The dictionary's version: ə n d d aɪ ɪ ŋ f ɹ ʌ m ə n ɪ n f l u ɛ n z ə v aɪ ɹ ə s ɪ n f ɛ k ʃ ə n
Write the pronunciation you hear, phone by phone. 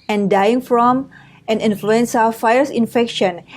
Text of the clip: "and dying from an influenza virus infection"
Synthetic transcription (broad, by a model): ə n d d aɪ ɪ ŋ f ɹ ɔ m ə n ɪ n f l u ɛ n s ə f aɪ ə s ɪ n f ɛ k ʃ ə n